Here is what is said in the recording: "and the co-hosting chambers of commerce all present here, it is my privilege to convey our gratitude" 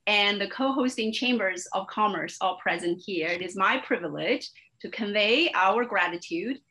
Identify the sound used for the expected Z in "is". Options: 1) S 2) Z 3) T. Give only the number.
2